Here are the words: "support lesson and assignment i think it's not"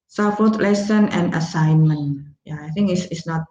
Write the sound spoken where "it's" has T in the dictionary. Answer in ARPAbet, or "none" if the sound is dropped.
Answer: S